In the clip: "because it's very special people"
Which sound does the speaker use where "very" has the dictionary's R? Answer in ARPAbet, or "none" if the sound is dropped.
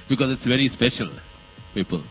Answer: R